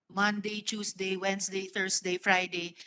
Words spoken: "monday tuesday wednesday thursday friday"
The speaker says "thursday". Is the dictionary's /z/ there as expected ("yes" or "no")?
no